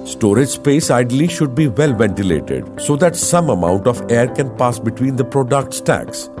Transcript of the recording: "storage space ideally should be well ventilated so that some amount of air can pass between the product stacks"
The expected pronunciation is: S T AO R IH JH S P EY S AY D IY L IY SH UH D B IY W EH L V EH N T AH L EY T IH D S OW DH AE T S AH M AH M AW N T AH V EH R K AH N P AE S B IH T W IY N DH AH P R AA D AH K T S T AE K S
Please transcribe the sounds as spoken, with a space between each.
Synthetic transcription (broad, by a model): S T AO R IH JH S P EY S AY D L IY SH UH D B IY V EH L V EH N T AH L EY T IH D S OW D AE T S AH M AH M AW N T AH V EH R K AH N P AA S B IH T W IY N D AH P R AA D AH K T S T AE K S